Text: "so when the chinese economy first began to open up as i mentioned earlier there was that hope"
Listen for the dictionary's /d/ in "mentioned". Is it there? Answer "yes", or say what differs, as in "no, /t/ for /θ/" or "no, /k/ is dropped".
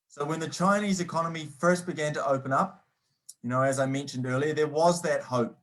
yes